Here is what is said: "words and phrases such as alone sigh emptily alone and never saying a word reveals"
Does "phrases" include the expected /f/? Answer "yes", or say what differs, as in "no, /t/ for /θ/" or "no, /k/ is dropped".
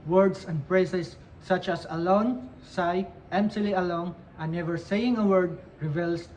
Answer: no, /p/ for /f/